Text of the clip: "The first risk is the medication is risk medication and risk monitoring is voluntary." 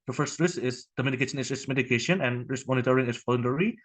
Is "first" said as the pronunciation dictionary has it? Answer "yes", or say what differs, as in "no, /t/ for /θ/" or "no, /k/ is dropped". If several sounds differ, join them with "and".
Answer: yes